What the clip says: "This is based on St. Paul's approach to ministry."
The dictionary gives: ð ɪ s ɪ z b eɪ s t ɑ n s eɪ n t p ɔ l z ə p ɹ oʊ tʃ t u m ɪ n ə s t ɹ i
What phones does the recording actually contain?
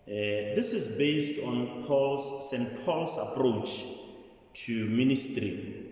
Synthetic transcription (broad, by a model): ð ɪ s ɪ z b eɪ s t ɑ n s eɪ n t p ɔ l s ə p ɹ oʊ tʃ t u m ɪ n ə s t ɹ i